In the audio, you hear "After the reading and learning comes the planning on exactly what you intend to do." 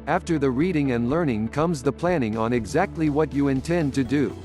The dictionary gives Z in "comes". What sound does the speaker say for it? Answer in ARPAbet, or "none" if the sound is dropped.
Z